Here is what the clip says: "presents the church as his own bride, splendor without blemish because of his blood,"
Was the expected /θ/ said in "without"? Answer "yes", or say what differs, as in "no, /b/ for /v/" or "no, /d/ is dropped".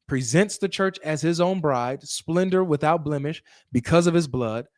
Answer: yes